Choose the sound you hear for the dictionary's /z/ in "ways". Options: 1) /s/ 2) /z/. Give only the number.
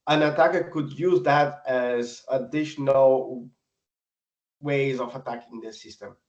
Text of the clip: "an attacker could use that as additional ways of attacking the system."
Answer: 2